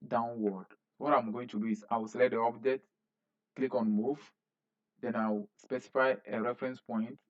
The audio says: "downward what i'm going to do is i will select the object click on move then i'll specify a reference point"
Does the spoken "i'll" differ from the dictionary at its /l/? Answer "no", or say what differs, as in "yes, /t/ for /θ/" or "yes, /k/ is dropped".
yes, /w/ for /l/